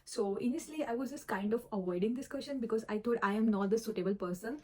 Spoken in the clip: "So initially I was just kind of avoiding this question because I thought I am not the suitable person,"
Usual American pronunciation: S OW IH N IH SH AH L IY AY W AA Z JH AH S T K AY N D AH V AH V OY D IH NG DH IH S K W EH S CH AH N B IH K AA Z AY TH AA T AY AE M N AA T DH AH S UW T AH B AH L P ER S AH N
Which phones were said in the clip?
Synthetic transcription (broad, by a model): S OW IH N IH AH L IY AY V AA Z JH AH S T K AY N D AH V AH V OY D IH NG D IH S K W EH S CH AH N B IH K AA Z AY T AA T AY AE M N AA T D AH S UW T AH B AH L P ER S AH N